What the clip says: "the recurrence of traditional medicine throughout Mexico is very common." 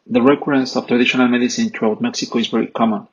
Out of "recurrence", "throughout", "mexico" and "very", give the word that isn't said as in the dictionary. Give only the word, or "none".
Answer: throughout